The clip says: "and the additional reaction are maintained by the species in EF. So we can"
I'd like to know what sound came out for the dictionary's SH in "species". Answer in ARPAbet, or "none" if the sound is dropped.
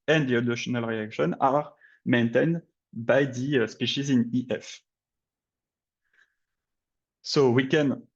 SH